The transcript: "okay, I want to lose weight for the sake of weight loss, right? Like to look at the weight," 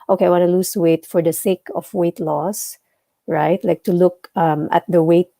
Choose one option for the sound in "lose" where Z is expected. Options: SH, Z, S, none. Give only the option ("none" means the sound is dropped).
S